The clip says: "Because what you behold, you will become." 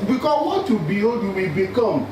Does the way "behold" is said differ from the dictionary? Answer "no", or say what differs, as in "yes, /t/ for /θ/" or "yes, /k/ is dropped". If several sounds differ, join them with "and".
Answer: yes, /l/ is dropped